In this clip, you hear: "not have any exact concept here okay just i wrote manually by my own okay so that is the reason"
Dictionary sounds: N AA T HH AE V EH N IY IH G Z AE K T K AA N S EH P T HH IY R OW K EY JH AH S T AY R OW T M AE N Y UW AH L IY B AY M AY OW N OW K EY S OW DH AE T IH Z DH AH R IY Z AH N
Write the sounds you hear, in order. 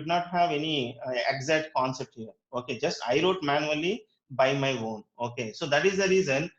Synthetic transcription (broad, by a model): N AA T HH AE V EH N IY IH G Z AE T K AA N S EH P T HH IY R OW K EY JH AH S T AY R OW T M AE N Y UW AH L IY B AY M AY OW N OW K EY S OW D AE T IH Z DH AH R IY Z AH N